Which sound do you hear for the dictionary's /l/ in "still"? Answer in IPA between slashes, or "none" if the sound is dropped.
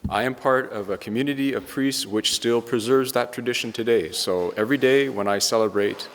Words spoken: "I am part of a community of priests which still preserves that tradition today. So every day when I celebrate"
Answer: /l/